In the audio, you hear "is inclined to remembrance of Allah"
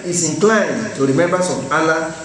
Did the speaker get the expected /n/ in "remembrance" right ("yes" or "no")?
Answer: no